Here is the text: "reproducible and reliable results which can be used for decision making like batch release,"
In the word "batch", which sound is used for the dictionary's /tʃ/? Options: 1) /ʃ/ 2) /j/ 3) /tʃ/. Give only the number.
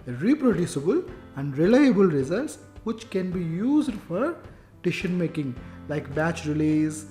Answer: 3